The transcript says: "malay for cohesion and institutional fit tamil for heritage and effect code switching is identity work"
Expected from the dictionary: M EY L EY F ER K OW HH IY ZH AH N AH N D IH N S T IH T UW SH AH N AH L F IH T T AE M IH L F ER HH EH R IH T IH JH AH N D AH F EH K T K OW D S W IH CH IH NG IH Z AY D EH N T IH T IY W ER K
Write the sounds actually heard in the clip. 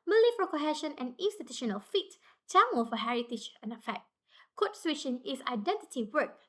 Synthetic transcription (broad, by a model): M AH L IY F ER K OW HH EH SH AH N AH N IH N S T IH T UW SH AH N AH L F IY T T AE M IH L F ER HH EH R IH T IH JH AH N AH F EH K T K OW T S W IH SH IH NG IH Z AY D EH N T IH T IY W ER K